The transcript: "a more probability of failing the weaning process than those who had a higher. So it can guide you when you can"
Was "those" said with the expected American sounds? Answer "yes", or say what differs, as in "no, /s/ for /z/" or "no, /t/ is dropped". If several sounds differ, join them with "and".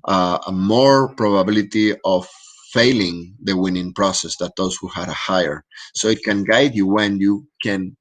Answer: no, /s/ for /z/